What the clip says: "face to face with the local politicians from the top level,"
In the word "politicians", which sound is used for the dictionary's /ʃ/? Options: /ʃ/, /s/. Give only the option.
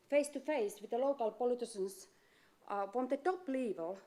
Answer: /s/